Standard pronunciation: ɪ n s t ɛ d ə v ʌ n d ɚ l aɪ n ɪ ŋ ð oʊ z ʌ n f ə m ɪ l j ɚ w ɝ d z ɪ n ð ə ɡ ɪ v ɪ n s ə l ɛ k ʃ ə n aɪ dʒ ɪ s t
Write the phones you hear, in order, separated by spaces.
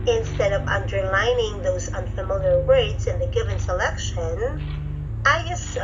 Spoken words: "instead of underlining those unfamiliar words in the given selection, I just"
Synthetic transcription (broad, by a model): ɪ n s t ɛ d ə v ʌ n d ɚ l aɪ n ɪ ŋ ð oʊ z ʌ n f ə m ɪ l j ɚ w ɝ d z ɪ n ð ə ɡ ɪ v ɪ n s ə l ɛ k ʃ ə n aɪ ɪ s